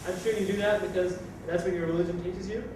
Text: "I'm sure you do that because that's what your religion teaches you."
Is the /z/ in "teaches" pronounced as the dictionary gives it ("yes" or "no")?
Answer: yes